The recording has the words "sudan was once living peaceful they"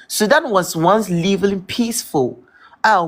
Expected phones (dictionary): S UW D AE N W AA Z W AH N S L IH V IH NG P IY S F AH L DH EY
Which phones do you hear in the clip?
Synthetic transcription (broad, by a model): S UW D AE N W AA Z W AH N S L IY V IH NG P IY S F AH L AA